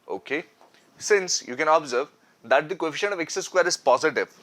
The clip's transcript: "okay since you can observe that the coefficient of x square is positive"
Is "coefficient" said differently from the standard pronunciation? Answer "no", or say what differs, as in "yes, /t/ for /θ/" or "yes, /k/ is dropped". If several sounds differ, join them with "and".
yes, /t/ is dropped